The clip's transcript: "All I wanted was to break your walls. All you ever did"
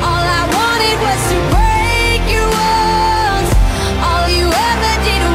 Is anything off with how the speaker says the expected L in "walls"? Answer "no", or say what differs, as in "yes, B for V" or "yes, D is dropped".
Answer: yes, N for L